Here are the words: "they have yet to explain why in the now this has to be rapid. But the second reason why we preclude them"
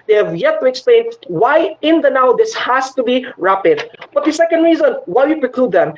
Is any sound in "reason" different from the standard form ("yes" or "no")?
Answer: no